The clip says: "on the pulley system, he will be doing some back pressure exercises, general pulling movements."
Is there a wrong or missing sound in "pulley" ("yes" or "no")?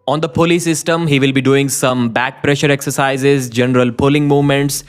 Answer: no